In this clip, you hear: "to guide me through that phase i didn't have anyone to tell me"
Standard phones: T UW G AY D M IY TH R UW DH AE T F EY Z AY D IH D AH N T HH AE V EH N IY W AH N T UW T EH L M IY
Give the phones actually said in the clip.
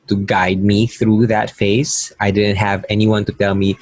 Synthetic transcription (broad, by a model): T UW G AY D M IY TH R UW DH AE T F EY S AY D IH D AH N T HH AE V EH N IY W AH N T UW T EH L M IY